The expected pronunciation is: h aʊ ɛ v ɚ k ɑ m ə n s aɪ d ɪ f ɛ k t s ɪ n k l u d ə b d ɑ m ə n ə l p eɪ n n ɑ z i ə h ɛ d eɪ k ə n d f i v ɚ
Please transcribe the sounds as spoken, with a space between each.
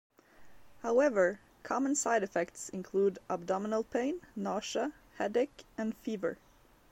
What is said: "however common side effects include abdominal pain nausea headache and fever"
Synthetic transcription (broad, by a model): h aʊ ɛ v ɚ k ɑ m ə n s aɪ d ɪ f ɛ k t s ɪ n k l u d ə b d ɑ m ə n ə l p eɪ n n ɑ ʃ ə h ɛ d eɪ k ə n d f i v ɚ